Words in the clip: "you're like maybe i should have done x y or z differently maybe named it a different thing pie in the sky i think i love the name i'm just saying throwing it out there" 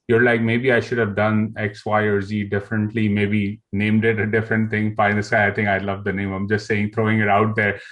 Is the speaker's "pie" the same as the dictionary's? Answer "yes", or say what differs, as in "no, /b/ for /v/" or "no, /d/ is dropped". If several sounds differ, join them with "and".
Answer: no, /f/ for /p/